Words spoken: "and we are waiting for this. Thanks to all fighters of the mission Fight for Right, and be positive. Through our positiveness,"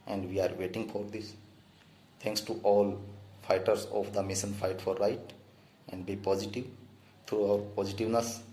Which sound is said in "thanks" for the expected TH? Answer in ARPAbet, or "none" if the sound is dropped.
T